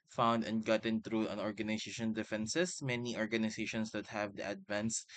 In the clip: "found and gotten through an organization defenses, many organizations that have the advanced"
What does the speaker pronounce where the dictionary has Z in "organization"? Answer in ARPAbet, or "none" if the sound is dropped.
S